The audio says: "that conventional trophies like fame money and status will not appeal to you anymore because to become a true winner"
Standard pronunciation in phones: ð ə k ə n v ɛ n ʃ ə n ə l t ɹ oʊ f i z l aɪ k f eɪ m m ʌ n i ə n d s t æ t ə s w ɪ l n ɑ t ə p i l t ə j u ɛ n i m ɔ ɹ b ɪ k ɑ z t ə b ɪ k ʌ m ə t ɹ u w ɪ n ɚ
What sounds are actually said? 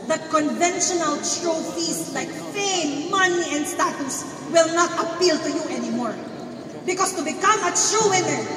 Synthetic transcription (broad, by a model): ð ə k ə n v ɛ n ʃ ə n ə l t ɹ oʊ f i s l aɪ k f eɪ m m ʌ n i ə n d s t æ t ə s w ɪ l n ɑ t ə p i l t ə j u ɛ n i m ɔ ɹ b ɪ k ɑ s t ə b ɪ k ʌ m ə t ɹ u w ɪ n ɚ